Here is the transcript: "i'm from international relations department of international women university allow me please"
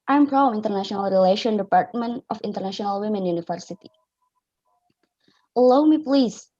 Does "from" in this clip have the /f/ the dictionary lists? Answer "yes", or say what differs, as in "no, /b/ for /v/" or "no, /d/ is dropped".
no, /p/ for /f/